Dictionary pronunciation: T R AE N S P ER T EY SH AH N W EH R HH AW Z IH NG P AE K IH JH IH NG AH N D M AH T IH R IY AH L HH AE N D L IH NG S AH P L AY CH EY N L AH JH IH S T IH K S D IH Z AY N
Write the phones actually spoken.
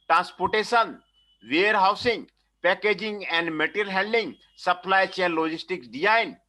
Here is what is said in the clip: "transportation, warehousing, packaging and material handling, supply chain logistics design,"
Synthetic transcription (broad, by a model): T R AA N S P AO T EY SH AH N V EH R HH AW S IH NG P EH K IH JH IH NG AH N D M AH T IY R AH L HH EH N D IH NG S AH P L AY CH EY N L AH JH IH S T IH K S D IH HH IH N